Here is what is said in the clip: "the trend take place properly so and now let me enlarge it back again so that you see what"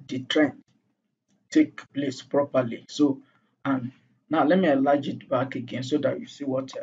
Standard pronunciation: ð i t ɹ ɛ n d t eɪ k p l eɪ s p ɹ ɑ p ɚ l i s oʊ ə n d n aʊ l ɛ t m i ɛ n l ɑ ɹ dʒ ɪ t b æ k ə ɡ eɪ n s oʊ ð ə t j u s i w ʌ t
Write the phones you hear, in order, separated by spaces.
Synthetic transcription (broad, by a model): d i t ɹ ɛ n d t eɪ k p l eɪ s p ɹ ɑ p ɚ l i s oʊ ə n n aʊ l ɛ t m i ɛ l ɑ dʒ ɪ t b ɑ k ə ɡ eɪ n s oʊ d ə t j u s i w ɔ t